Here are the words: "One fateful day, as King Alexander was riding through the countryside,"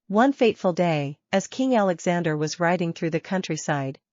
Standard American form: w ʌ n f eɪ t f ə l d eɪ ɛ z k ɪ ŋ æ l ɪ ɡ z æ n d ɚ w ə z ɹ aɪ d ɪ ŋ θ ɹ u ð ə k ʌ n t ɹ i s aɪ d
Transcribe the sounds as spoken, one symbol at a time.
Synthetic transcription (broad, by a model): w ʌ n f eɪ t f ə l d eɪ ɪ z k ɪ ŋ æ l ɪ ɡ z æ n d ɚ w ə z ɹ aɪ d ɪ ŋ θ ɹ u ð ə k ʌ n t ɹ i s aɪ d